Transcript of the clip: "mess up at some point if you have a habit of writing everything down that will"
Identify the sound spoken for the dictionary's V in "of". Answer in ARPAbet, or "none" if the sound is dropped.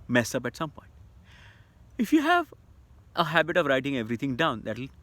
V